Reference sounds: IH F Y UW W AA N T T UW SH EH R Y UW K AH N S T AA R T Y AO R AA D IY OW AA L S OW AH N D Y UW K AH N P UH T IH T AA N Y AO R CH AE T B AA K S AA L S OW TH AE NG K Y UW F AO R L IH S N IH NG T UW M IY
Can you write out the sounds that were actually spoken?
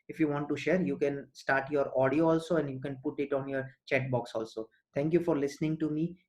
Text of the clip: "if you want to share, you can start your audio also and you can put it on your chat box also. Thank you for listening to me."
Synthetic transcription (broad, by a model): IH F Y UW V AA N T T UW SH EH R Y UW K AH N S T AA R T Y AO R AA D IY OW AA L S OW AH N D Y UW K AH N P UH T IH T AA N Y AO R CH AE T B AA K S AA L S OW T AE NG K Y UW F AO R L IH S N IH NG T UW M IY